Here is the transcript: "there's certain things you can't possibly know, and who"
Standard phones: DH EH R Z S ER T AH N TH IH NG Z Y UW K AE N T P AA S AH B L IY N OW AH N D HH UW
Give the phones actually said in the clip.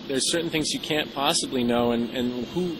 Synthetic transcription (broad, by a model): DH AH R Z S ER T N TH IH NG Z Y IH K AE N P AA S AH B L IY N OW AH N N HH UW